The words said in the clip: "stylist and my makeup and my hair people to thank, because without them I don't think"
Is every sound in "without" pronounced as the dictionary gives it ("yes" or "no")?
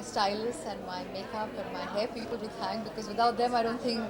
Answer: no